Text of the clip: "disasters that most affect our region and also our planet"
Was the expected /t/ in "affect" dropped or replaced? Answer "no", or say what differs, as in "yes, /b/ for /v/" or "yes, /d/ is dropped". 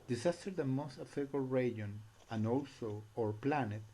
yes, /t/ is dropped